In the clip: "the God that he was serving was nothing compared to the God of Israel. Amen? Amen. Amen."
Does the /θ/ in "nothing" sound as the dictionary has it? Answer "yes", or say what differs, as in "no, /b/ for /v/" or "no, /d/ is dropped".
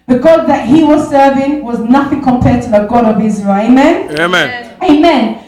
yes